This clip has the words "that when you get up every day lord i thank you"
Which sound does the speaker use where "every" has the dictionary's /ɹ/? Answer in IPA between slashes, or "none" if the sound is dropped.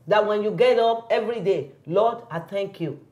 /ɹ/